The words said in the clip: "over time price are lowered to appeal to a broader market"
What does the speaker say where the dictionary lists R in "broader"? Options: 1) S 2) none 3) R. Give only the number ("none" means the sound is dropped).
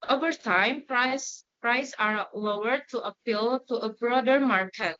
3